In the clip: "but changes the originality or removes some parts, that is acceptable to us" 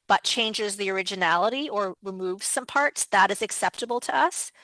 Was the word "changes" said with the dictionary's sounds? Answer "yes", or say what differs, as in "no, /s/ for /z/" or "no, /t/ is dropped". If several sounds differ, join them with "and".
yes